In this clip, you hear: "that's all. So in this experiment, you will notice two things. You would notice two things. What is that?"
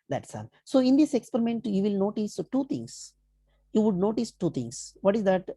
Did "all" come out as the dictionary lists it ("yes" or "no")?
no